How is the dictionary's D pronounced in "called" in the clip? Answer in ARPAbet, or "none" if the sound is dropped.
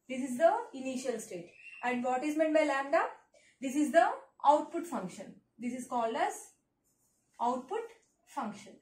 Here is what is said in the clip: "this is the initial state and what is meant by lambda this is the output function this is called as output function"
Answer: D